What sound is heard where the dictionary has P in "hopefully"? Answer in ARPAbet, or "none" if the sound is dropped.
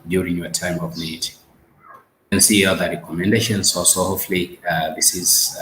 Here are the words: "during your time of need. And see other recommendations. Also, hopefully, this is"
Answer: none